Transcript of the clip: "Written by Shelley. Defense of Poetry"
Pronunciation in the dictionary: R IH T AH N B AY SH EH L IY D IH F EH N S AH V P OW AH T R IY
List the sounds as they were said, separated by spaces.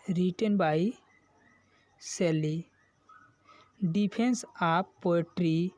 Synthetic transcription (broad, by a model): R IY T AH N B AY S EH L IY D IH P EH N S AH P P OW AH T R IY